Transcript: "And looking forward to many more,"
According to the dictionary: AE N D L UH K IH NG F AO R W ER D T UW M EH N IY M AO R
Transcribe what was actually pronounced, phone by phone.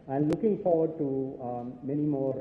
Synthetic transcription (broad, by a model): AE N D L UH K IH NG F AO R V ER D T UW M EH N IY M AO R